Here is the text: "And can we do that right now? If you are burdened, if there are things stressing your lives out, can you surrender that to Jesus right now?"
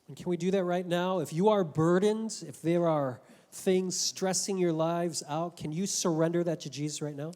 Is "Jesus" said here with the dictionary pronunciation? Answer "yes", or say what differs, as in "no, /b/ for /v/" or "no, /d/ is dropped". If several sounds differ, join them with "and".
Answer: yes